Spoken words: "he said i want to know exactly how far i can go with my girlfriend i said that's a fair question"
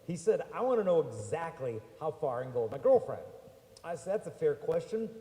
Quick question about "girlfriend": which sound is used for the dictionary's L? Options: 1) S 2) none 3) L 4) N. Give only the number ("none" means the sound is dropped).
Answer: 3